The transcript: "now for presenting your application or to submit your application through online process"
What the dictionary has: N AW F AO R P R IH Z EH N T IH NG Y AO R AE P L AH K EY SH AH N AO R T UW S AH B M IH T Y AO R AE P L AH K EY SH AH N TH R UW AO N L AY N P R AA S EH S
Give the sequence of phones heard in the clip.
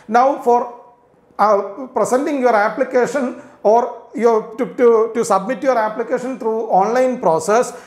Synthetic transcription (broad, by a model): N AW F AO R P R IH S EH N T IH NG Y AO R AE P L AH K EY SH AH N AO R T UW S AH B M IH T Y AO R AE P L AH K EY SH AH N T R UW AO N L AY N P R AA S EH S